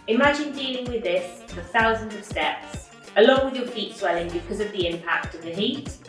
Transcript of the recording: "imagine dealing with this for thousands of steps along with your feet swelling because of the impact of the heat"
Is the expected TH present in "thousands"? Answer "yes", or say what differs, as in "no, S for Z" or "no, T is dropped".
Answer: yes